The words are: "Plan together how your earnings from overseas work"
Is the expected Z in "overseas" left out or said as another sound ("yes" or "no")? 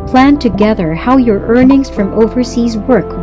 no